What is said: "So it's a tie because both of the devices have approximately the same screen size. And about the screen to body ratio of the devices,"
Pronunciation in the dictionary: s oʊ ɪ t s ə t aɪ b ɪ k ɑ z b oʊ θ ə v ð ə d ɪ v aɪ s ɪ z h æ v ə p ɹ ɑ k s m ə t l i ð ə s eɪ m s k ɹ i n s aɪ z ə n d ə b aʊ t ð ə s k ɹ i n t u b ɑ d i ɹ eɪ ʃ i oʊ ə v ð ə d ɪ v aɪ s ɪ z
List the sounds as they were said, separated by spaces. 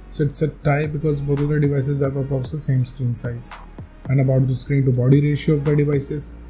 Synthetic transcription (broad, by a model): s oʊ ɪ t s ə t aɪ b ɪ k ɑ z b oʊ t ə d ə d ɪ v aɪ s ɪ z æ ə ɹ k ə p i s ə s eɪ m s k ɹ i n s aɪ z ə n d ə b aʊ t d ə s k ɹ i n t u b ɑ d i ɹ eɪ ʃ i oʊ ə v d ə d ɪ v aɪ s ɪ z